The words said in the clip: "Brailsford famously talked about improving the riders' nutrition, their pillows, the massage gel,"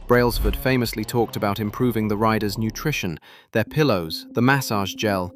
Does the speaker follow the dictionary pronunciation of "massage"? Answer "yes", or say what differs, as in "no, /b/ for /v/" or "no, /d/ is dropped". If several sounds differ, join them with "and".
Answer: yes